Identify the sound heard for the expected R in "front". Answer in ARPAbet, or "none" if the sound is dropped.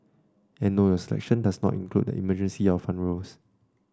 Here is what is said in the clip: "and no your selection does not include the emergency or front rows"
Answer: none